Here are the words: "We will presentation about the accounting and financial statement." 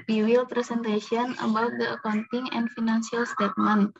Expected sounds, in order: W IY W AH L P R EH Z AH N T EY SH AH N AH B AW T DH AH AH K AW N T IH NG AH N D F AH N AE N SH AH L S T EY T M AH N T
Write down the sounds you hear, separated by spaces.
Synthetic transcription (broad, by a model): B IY W AH L P R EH S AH N T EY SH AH N AH B AW T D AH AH K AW N T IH NG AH N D F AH N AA N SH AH L S T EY T M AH N